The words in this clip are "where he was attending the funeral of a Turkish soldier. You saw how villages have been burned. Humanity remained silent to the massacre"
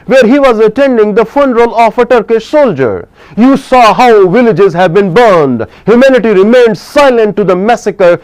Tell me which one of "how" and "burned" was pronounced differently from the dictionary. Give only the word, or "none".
none